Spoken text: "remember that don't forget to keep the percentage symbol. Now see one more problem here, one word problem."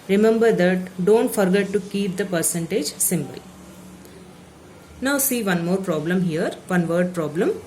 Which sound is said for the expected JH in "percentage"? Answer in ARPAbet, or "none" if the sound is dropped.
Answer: JH